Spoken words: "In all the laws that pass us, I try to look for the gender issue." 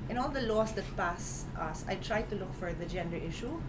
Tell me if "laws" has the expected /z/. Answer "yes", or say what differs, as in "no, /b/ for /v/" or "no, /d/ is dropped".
no, /s/ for /z/